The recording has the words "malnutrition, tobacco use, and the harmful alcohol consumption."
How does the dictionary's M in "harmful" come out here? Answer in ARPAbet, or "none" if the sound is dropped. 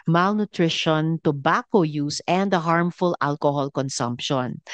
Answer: M